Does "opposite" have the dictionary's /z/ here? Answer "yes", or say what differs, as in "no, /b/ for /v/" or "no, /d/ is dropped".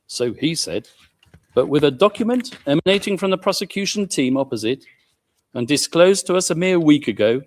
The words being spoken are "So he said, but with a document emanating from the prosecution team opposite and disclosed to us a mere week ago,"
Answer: yes